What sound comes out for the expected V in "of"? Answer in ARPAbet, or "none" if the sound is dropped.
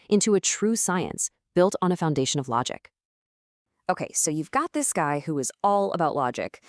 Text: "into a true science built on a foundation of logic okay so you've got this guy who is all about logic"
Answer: V